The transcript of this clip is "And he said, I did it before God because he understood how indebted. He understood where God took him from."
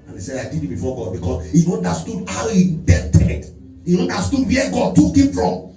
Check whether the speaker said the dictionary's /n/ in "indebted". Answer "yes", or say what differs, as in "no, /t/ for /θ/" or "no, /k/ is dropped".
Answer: no, /n/ is dropped